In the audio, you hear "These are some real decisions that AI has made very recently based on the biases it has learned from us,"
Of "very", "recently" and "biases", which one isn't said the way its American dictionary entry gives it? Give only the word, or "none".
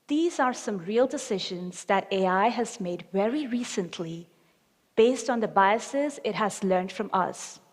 none